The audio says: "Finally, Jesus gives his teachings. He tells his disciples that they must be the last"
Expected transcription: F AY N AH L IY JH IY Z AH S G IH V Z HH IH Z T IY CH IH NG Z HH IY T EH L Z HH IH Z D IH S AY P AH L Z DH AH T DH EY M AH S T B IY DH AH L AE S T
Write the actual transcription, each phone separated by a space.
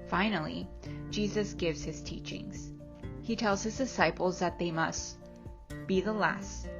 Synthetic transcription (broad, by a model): F AY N L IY JH IY Z AH S G IH V Z HH IH Z T IY CH IH NG Z HH IY T EH L Z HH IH Z D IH S AY P L Z DH AH T DH EY M AH S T B IY DH AH L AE S T